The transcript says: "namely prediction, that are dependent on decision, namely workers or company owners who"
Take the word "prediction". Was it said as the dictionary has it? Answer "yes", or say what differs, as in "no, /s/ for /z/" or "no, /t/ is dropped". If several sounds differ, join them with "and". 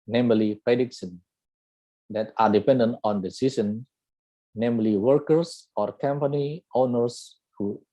no, /s/ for /ʃ/